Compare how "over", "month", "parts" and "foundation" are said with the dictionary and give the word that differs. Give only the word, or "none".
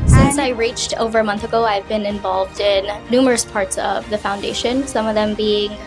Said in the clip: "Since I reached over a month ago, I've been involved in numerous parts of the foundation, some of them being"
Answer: none